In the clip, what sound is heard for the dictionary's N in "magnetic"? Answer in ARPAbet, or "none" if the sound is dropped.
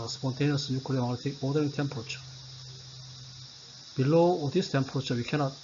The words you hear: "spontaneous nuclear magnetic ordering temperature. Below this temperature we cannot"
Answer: none